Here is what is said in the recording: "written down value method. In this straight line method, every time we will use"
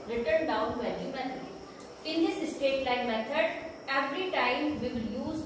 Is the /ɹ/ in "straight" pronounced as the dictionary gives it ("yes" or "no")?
no